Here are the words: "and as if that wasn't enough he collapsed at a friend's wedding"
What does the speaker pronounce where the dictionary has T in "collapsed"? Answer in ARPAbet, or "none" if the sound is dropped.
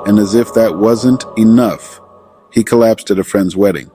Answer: T